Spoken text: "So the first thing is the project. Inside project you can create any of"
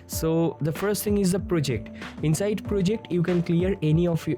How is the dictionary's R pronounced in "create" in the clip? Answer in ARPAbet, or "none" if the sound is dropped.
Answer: L